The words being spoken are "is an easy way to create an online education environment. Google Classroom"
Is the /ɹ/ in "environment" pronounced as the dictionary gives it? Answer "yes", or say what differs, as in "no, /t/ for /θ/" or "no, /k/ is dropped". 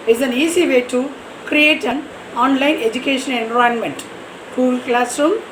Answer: no, /ɹ/ is dropped